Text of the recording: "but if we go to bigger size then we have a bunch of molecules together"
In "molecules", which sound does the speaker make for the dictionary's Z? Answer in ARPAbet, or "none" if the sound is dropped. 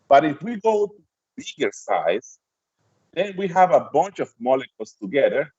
S